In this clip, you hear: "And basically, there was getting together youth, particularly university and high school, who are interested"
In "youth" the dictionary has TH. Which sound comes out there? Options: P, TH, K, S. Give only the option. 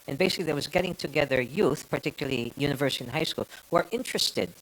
TH